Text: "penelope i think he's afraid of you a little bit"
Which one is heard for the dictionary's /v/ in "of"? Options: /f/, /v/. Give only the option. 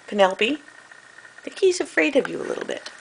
/v/